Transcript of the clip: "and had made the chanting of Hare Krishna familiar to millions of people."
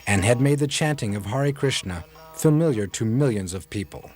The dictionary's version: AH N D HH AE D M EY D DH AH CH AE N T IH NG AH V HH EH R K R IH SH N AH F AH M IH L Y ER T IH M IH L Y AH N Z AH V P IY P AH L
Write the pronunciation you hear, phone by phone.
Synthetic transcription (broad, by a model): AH N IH D M EY D DH AH CH AE N T IH NG AH V HH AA R K R IH SH N AH F AH M IH L Y ER T IH M IH L Y AH N Z AH V P IY P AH L